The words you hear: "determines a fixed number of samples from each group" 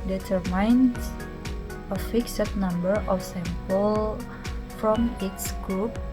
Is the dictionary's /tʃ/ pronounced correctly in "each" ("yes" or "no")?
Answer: no